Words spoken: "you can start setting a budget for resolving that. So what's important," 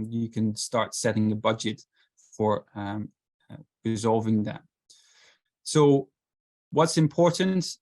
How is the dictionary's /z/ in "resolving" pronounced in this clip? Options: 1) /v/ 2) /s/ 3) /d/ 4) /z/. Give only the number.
4